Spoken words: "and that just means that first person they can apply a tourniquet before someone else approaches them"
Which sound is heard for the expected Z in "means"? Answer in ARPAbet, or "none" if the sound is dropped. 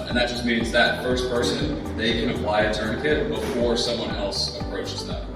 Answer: Z